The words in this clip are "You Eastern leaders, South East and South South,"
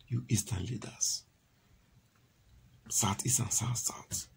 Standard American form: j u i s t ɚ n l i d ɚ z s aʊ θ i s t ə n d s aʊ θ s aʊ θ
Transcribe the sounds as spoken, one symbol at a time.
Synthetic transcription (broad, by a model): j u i s t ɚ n l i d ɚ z s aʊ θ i s ə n s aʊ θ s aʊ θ